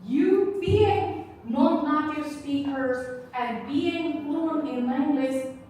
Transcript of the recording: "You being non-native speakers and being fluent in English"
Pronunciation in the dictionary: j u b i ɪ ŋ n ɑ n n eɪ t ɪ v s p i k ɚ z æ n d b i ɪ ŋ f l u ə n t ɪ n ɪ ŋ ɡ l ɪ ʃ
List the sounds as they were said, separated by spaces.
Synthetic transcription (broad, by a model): j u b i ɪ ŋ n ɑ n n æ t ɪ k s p i k ɚ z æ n b i ɪ ŋ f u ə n ɪ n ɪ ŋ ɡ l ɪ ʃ